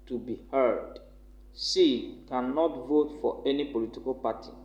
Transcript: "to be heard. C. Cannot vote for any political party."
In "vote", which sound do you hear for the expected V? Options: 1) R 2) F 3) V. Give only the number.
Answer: 3